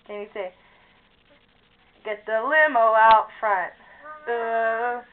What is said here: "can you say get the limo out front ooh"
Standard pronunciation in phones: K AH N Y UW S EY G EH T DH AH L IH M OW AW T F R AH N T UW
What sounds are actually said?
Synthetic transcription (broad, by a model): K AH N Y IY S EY G EH T DH AH L IH M OW AW T F R AH N T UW